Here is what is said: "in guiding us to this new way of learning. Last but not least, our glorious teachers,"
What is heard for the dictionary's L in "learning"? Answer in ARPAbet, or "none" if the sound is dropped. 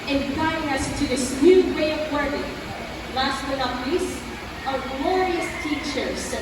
W